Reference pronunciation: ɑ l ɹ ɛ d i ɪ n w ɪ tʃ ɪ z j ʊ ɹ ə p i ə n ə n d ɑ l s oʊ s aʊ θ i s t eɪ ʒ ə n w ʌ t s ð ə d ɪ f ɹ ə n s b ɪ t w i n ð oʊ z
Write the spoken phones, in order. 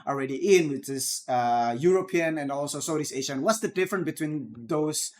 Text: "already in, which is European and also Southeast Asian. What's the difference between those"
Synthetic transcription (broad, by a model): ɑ l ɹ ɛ d i ɪ n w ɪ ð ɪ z j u ɹ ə p i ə n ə n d ɑ l s oʊ s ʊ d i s eɪ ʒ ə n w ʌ t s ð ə d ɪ f ɹ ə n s b ɪ t w i n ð oʊ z